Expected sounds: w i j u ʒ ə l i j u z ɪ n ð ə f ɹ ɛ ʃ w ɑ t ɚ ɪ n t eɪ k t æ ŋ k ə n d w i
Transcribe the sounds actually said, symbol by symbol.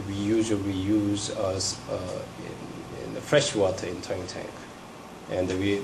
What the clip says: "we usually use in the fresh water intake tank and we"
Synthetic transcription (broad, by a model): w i j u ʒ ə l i j u z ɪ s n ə f ɹ ɛ ʃ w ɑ t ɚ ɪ n t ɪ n t æ ŋ k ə n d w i